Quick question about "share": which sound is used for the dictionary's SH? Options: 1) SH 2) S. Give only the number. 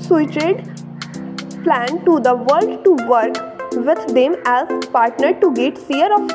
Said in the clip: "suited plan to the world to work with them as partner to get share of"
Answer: 2